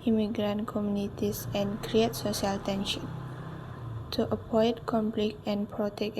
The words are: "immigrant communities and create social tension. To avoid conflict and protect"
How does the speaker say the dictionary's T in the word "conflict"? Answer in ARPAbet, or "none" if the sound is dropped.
none